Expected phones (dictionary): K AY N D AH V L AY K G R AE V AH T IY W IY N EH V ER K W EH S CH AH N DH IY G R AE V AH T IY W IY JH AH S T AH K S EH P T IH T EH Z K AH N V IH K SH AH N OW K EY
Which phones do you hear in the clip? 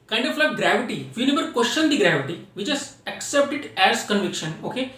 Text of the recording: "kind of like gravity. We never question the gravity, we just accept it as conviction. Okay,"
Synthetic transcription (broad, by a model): K AY N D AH F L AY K G R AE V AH T IY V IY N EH B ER K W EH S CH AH N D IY G R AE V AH T IY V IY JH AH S AH K S EH P T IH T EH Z K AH N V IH K SH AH N OW K EY